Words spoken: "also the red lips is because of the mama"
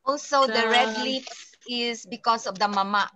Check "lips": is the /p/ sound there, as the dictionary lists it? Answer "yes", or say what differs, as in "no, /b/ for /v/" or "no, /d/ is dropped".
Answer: no, /f/ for /p/